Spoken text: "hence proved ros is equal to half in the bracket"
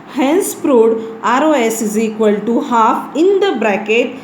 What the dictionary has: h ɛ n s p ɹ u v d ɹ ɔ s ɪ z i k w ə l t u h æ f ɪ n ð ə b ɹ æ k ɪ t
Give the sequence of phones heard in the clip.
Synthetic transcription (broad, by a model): h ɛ n s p ɹ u d ɹ ɔ s ɪ z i k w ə l t u h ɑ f ɪ n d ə b ɹ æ k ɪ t